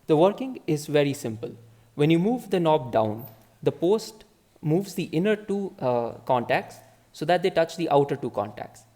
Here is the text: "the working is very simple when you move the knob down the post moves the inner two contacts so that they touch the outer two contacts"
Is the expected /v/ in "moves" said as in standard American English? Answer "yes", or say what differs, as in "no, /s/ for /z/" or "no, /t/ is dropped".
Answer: yes